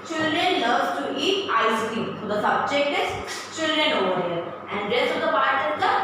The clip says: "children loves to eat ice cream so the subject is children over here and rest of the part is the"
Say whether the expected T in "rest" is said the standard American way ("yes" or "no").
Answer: no